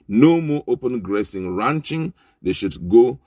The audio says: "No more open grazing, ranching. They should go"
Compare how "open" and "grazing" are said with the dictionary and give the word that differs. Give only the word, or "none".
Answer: grazing